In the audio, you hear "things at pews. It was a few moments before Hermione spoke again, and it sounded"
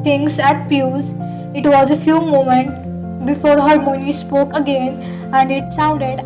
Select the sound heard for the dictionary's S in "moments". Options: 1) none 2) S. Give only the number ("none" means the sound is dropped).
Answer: 1